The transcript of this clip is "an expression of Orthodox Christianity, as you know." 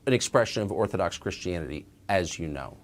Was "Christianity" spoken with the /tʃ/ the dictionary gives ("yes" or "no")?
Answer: yes